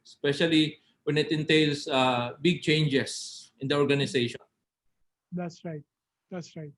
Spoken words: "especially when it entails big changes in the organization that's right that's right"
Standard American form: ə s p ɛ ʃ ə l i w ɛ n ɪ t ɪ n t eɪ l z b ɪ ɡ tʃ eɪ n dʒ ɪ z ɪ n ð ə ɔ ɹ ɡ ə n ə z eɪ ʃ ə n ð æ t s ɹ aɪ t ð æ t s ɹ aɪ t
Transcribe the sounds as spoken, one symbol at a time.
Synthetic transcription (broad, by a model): s p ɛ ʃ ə l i w ɛ n ɪ t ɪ n t eɪ l s b ɪ ɡ tʃ eɪ n dʒ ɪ s ɪ n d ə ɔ ɹ ɡ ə n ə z eɪ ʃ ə n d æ t s ɹ aɪ t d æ t s ɹ aɪ t